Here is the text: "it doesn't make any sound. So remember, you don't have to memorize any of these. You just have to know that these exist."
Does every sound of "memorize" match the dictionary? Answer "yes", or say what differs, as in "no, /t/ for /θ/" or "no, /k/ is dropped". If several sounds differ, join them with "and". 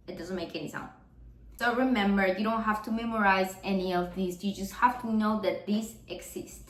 yes